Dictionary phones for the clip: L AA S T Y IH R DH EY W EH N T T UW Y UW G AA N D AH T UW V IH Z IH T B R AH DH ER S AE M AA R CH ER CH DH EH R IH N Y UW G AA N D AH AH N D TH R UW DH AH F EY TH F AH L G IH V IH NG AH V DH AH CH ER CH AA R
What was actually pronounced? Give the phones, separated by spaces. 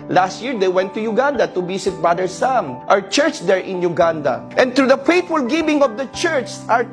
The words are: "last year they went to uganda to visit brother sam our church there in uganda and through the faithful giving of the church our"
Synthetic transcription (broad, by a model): L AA S T Y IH R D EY W EH N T T UW Y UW G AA N D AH T UW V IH S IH T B R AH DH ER S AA M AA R CH ER CH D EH R IH N Y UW G AA N D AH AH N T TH R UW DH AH F EY T F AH L G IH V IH NG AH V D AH CH ER CH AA R